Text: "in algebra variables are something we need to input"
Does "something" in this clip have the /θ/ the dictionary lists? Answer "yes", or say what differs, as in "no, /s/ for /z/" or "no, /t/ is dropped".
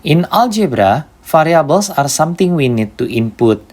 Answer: no, /t/ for /θ/